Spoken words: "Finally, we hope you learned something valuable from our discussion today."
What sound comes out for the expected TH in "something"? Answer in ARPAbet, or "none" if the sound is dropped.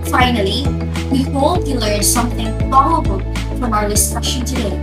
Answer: TH